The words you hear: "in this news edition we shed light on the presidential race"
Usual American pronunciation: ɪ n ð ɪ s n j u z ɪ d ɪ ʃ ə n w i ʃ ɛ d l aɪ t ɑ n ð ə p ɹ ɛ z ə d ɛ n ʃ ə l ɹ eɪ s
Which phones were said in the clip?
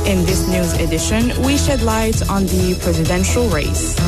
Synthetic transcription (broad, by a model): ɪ n ð ɪ s n j u z ɪ d ɪ ʃ ə n w i ʃ ɛ d l aɪ t n ð ə p ɹ ɛ z ə d ɛ n ʃ ə l ɹ eɪ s